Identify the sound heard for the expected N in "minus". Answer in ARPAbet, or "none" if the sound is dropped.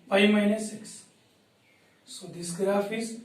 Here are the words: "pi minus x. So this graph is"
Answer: N